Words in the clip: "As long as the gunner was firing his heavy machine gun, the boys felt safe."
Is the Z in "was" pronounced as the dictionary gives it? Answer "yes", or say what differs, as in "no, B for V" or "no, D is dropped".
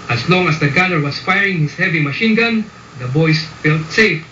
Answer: no, S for Z